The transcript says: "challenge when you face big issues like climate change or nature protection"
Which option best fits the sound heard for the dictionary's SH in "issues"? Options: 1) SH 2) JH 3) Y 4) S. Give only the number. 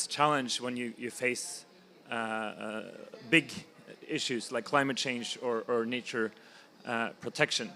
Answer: 1